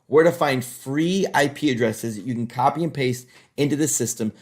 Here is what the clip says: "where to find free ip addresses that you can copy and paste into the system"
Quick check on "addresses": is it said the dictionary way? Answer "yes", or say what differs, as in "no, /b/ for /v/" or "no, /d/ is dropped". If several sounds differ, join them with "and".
yes